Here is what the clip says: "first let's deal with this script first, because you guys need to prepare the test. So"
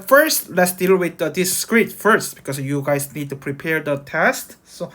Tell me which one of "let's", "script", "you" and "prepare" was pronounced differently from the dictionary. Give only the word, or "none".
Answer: script